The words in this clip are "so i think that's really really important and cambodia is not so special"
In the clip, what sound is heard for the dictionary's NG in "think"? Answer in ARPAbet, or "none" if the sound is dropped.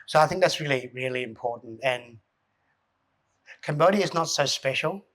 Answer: NG